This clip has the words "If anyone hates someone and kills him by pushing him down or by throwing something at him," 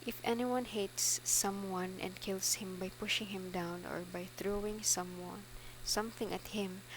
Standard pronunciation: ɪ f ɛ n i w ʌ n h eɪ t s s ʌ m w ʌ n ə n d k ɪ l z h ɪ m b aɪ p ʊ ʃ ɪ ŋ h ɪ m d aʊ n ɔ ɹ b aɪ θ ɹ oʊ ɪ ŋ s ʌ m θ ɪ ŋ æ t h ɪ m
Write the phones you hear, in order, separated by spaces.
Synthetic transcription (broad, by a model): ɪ f ɛ n i w ʌ n h eɪ t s s ʌ m w ʌ n ə n d k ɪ l s h ɪ m b aɪ p ʊ ʃ ɪ ŋ h ɪ m d aʊ n ɔ ɹ b aɪ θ ɹ oʊ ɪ ŋ s ʌ m θ ɪ ŋ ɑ t h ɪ m